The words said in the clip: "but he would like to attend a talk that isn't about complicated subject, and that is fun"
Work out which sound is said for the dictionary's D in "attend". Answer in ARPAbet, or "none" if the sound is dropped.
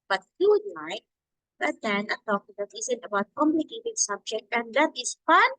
none